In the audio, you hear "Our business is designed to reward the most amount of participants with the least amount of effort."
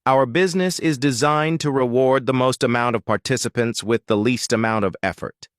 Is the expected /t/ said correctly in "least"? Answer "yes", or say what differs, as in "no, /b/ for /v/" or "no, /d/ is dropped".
yes